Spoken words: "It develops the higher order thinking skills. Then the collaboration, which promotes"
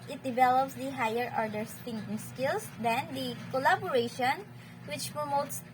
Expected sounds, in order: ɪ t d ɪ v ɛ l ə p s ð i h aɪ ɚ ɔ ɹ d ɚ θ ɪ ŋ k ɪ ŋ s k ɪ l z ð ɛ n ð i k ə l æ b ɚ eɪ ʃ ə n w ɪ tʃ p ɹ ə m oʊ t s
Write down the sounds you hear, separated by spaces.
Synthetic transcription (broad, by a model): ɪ t d ɪ v ɛ l ə p s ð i h aɪ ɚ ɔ ɹ d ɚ t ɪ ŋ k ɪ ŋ s k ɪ l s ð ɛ n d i k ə l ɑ b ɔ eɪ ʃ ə n w ɪ tʃ p ɹ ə m oʊ t s